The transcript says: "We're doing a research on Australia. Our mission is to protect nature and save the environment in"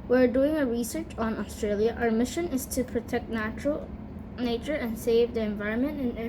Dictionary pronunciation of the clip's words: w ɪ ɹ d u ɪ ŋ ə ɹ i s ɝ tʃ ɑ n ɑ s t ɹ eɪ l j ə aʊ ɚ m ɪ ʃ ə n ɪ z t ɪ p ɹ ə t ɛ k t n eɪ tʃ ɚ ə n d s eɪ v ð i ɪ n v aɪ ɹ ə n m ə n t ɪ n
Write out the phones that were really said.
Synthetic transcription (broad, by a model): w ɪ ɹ d u ɪ ŋ ə ɹ i s ɝ tʃ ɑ n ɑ s t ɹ eɪ l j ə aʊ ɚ m ɪ ʃ ə n ɪ z t ɪ p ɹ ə t ɛ k t n eɪ tʃ ɚ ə n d s eɪ v ð i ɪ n v aɪ ɹ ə n m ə n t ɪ n